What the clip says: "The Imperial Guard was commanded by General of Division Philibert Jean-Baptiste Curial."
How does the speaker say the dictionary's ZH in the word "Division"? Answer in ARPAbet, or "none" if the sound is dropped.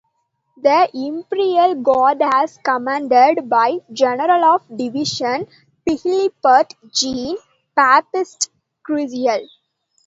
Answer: SH